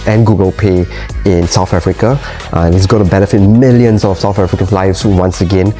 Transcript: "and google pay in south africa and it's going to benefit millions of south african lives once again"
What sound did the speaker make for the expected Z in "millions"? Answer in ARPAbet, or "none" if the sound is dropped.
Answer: S